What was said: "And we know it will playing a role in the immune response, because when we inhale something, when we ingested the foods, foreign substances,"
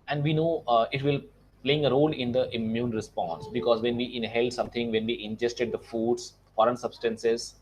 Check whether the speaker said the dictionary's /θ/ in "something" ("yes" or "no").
no